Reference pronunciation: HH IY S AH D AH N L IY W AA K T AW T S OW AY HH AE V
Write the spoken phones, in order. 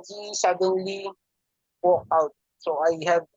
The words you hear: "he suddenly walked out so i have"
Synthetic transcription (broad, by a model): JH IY S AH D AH N L IY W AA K AW T S OW AY HH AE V